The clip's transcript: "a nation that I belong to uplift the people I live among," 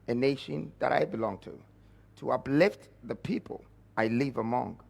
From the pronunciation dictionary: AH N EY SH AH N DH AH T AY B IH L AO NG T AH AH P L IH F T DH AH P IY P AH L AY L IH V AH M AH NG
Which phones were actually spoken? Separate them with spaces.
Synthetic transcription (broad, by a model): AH N EY SH AH N DH AH T AY B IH L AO NG T AH AH P L IH F T DH AH P IY P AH L AY L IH V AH M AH NG